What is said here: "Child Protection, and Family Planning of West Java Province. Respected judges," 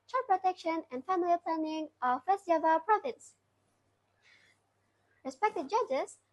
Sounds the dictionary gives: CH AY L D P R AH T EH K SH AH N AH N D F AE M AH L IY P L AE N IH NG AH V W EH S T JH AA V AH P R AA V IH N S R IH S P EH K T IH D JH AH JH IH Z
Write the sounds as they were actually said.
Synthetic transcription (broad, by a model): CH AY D P R AH T EH K SH AH N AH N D F AE M AH L IY P L AE N IH NG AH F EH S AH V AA AH P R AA F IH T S R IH S P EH K T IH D JH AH JH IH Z